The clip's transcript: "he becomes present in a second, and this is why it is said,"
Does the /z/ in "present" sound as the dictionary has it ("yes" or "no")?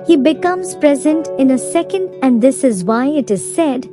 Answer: yes